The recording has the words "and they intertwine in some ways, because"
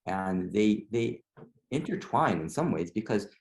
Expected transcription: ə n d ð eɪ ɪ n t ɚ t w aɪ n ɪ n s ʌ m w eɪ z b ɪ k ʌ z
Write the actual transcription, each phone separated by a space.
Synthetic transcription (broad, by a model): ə n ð ð eɪ ɪ n t ɚ t w aɪ n ɪ n s ʌ m w eɪ z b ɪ k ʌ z